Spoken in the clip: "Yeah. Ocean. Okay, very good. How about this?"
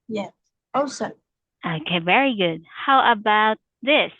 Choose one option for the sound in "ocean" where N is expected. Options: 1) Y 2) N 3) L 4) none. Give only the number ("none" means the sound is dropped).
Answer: 4